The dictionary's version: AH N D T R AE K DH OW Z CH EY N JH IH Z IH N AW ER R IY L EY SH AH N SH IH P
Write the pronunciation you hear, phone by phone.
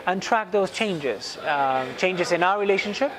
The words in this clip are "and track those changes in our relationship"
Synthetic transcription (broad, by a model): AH N T R AE K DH OW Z CH EY N JH IH Z IH N AW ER R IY L EY SH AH N SH IH P